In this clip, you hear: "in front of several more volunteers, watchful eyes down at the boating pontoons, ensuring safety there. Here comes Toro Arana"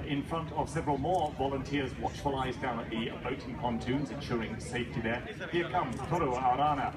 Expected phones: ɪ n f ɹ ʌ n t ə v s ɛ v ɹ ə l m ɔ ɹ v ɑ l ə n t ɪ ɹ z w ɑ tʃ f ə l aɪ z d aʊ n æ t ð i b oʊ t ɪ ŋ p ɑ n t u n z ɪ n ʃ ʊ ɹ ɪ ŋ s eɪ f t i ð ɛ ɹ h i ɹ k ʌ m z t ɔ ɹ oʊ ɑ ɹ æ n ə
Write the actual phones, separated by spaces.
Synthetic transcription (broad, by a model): ɪ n f ɹ ʌ n t ə v s ɛ v ɹ ə l m ɔ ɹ v ɑ l ə n t ɪ ɹ z w ɑ tʃ f ə l aɪ z d aʊ n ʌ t ð i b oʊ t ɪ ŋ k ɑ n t u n z ɪ n ʃ ʊ ɹ ɪ ŋ s eɪ f t i ð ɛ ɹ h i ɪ k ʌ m t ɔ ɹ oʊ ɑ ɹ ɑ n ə